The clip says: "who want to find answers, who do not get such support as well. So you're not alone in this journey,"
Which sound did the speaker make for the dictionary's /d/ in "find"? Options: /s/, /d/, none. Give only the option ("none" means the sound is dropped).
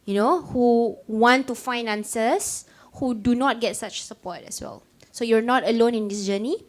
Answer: none